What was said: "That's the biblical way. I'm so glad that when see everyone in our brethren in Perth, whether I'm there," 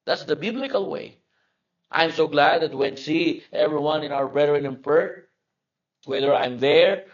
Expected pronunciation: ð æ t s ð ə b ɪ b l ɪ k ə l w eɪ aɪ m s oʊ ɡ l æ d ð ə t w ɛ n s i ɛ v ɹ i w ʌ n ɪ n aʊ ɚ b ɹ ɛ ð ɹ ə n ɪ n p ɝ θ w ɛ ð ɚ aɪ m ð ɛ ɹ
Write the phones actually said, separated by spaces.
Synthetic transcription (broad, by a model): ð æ t s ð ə b ɪ b l ɪ k ə l w eɪ aɪ m s oʊ ɡ l æ d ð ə t w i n s i ɛ v ɹ i w ʌ n ɪ n aʊ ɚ b ɹ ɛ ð ɹ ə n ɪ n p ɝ t w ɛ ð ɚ aɪ m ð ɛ ɹ